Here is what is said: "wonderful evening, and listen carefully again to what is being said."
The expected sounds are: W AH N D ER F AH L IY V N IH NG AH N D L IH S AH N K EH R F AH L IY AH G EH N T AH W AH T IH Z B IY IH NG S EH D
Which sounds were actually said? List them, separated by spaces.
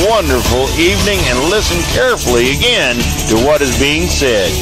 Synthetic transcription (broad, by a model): W AH N D ER F L IY V N IH NG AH N L IH S AH N K EH R F L IY AH G EH N T AH W AH T IH Z B IY IH NG S EH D